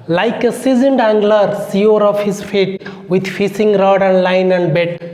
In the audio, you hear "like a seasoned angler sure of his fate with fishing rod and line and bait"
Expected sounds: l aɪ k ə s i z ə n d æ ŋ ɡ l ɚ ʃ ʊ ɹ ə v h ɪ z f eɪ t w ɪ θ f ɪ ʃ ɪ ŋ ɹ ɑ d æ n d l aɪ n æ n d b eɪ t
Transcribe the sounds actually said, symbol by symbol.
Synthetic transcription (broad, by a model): l aɪ k ə s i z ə n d æ ŋ ɡ l ɚ s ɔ ɹ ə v h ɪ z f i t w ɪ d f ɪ s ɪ ŋ ɹ ɑ d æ n d l aɪ n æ n d b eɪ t